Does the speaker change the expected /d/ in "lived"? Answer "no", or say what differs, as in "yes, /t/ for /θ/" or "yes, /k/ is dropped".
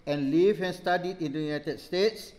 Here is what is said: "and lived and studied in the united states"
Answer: yes, /d/ is dropped